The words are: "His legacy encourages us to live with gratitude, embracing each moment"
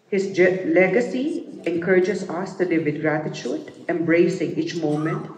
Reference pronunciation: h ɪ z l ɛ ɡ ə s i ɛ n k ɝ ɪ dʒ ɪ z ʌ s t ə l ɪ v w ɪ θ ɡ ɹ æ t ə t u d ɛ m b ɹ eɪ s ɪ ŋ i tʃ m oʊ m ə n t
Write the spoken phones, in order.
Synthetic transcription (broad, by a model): h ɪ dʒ l ɛ ɡ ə s i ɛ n k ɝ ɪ dʒ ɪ s ʌ s t ə l ɪ v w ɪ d ɡ ɹ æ t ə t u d ɛ m b ɹ eɪ s ɪ ŋ i tʃ m oʊ m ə n t